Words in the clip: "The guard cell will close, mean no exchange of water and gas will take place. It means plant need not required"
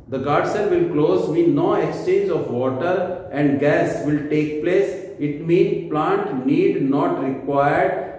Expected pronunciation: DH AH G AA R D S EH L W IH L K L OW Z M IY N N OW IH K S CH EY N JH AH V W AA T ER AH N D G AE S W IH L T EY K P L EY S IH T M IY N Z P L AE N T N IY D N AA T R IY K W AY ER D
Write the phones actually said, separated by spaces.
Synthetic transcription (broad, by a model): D AH G AA R D S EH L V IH L K L OW Z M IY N N OW IH K S CH EY N JH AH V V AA T ER AH N D G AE S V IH L T EY K P L EY S IH T M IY N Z P L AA N T N IY D N AA T R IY K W AY ER D